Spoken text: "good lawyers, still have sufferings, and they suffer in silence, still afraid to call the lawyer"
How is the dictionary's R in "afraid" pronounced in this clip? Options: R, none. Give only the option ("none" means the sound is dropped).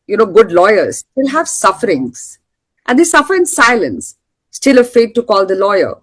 none